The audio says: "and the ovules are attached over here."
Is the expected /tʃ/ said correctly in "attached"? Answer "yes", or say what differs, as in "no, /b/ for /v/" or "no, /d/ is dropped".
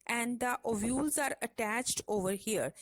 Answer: yes